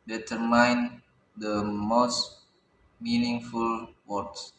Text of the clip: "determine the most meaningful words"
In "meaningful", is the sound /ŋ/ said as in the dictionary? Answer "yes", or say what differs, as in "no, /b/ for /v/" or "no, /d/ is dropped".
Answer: yes